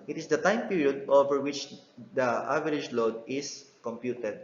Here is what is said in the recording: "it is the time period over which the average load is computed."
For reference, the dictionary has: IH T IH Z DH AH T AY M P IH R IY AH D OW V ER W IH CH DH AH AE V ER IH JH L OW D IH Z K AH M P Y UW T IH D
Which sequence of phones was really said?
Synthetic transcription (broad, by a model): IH T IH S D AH T AY M P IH R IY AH D OW V ER W IH CH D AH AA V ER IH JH L OW D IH S K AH M P Y UW T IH D